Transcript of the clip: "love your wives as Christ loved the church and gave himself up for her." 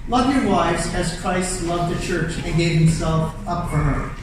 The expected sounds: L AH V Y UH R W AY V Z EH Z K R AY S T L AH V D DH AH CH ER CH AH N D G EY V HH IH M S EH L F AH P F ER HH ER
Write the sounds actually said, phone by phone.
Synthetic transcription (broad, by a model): L AH V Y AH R W AY V Z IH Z K R AY S T L AH V D DH AH CH ER CH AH N G EY V HH IH M S EH L F AH P F ER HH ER